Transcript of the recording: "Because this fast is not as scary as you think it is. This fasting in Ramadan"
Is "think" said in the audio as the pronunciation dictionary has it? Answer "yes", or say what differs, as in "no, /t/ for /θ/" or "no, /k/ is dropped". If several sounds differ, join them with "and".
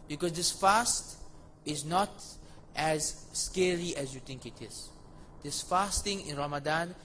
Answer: no, /t/ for /θ/